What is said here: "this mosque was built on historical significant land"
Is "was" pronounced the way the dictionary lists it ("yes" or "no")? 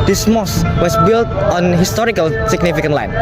no